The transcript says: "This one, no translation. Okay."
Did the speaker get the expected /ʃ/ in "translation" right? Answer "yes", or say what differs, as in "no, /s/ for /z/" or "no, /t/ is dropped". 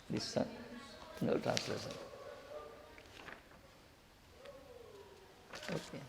no, /s/ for /ʃ/